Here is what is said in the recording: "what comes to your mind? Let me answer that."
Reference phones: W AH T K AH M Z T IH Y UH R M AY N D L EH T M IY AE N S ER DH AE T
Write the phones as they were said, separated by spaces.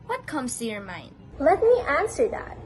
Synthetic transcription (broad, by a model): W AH T K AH M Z T IH Y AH R M AY N D L EH T M IY AE N S ER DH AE T